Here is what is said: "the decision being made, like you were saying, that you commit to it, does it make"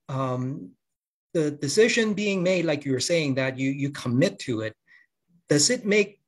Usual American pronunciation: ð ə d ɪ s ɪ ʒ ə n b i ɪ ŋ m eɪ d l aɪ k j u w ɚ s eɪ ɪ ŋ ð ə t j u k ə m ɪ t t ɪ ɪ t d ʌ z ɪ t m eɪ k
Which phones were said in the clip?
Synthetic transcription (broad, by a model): ð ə d ɪ s ɪ ʒ ə n b i ɪ ŋ m eɪ d l aɪ k j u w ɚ s eɪ ɪ ŋ ð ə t j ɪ k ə m ɪ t t ɪ ɪ t d ʌ z ɪ t m eɪ k